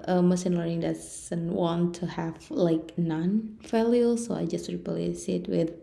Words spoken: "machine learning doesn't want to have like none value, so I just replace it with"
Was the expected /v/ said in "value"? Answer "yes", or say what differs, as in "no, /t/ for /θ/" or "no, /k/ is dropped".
no, /f/ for /v/